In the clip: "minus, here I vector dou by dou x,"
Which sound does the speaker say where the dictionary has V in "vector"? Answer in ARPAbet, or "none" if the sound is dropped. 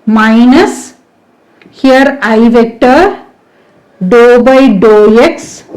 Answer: V